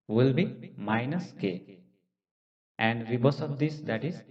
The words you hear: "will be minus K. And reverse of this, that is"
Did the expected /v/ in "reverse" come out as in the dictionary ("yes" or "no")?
no